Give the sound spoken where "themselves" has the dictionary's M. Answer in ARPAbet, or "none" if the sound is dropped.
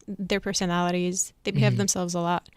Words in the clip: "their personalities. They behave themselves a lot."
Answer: M